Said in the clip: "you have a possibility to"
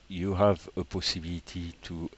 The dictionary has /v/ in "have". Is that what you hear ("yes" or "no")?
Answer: yes